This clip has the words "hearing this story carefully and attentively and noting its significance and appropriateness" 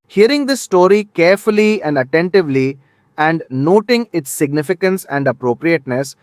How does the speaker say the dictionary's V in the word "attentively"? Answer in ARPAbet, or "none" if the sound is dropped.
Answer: V